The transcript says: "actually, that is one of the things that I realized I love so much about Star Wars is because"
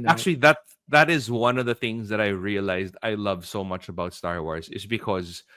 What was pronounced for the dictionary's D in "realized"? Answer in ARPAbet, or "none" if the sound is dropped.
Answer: D